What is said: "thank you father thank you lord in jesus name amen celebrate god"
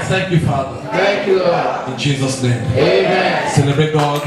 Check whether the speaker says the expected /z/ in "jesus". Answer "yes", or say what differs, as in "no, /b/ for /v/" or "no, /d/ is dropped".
yes